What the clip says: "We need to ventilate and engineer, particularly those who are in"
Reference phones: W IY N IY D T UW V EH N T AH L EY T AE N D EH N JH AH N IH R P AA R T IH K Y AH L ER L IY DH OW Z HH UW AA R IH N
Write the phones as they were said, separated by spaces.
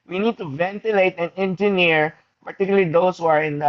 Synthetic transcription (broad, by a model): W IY N IY D T UW V EH N T AH L EY T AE N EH N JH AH N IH R P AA R T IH K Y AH L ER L IY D OW S HH UW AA R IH N